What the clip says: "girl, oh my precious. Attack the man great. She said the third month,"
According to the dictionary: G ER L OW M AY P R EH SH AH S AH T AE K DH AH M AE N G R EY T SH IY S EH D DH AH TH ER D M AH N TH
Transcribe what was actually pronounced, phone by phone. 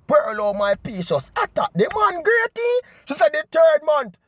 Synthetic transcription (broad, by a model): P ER L OW M AY P IY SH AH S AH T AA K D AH M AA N G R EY T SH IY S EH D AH T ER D M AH N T